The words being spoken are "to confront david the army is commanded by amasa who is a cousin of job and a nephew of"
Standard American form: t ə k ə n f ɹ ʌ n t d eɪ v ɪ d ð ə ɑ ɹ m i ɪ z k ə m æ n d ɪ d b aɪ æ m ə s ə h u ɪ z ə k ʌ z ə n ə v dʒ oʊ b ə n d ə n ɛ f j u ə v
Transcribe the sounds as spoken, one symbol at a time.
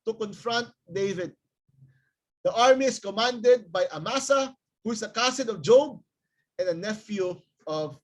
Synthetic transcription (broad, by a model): t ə k ə n f ɹ ʌ n t d eɪ v ɪ d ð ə ɑ ɹ m i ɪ s k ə m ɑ n d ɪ d b aɪ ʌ m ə s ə h u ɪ s ə k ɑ s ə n ə v dʒ oʊ b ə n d ə n ɛ f j u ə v